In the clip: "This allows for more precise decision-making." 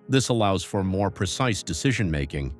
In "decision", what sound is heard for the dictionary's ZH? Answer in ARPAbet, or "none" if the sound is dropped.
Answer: ZH